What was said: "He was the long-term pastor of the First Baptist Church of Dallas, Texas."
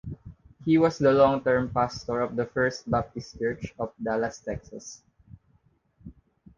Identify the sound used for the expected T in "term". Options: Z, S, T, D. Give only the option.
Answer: T